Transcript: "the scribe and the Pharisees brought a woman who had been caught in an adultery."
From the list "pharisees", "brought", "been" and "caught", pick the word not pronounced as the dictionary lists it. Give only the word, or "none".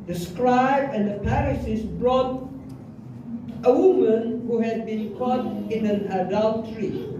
pharisees